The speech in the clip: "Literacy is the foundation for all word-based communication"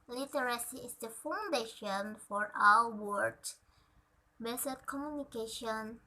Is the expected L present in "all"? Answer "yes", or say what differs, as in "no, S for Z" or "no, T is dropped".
no, W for L